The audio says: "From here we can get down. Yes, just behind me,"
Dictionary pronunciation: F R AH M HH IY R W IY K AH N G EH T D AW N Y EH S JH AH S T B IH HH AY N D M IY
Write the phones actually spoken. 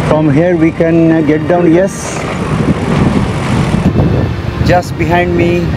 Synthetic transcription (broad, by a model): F R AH M HH IY R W IY K AH N G EH T D AW N Y EH S JH AH S T B IH HH AY N D M IY